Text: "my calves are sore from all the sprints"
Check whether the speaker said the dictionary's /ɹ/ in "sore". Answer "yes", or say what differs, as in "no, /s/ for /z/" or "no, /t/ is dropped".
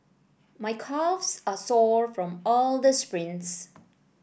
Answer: yes